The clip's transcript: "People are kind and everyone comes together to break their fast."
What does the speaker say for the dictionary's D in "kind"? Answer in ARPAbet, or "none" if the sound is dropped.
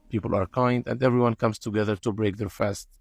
D